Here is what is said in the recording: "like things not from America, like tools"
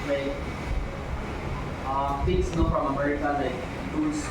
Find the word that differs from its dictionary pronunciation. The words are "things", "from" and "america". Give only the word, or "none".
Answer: things